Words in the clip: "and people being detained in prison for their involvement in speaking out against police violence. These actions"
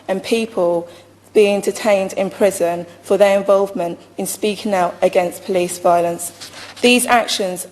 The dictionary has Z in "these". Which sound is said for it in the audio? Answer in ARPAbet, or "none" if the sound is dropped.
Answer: Z